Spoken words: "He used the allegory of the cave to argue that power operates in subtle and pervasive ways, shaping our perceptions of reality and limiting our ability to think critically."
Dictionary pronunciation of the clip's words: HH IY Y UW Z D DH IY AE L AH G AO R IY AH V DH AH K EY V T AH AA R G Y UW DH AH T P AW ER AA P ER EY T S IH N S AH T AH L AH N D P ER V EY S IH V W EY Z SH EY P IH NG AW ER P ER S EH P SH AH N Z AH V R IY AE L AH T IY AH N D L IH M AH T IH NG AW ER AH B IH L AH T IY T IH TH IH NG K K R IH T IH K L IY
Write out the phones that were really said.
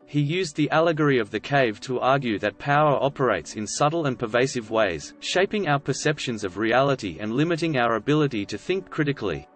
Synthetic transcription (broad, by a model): HH IY Y UW Z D DH IY AE L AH G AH R IY AH V DH AH K EY V T AH AA R G Y UW DH AH T P AW ER AA P ER EY T S IH N S AH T L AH N P ER V EY S IH V W EY Z SH EY P IH NG AW ER P ER S EH P SH AH N Z AH V R IY AE L AH T IY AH N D L IH M AH T IH NG AW ER AH B IH L AH T IY T IH TH IH NG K K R IH T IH K L IY